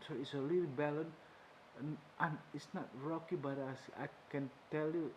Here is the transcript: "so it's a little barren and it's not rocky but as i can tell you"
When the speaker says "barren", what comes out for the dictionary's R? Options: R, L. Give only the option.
L